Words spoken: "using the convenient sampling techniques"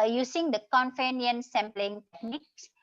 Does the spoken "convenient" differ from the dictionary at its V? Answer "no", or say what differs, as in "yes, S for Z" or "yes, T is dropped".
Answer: yes, F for V